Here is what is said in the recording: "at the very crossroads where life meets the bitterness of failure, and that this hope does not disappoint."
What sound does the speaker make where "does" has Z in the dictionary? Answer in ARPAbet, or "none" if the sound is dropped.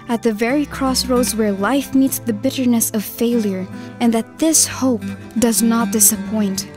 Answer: Z